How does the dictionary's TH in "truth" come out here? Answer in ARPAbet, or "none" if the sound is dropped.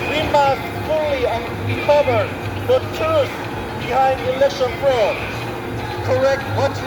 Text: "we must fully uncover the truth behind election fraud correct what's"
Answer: S